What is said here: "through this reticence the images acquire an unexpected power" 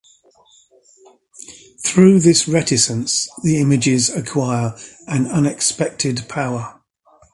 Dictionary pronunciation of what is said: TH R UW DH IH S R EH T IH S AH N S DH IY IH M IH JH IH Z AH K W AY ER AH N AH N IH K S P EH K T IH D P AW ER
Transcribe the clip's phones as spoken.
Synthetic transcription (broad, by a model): TH R UW DH IH S R EH T IH S AH N S DH IY IH M IH JH IH Z AH K W AY ER AH N AH N IH K S P EH K T IH D P AW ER